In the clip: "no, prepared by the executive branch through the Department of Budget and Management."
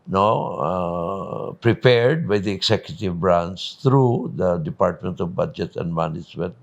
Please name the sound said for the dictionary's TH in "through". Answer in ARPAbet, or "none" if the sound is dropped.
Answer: T